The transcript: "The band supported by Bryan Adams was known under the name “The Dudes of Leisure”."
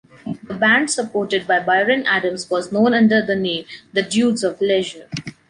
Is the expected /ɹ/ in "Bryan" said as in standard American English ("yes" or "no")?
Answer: no